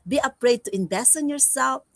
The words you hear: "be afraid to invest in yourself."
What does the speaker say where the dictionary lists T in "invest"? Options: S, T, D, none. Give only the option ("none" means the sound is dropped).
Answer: none